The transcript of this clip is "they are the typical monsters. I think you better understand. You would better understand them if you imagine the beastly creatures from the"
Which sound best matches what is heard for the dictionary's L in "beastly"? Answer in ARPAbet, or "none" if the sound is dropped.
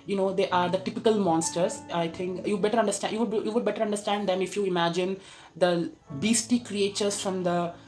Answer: none